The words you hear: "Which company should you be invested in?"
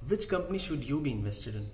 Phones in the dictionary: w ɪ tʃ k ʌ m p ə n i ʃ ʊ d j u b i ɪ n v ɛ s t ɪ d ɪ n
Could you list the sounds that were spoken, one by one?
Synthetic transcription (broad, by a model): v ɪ tʃ k ʌ m p ə n i ʃ ʊ d j u b i ɪ n v ɛ s t ɪ d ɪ n